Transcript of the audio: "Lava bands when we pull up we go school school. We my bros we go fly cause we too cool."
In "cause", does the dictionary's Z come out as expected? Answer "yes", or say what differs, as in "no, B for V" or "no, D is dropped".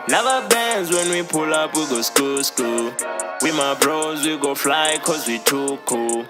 yes